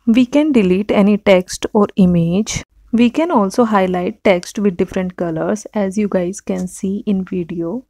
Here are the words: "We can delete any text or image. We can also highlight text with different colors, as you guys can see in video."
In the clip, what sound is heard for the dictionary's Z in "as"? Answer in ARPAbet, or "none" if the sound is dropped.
Z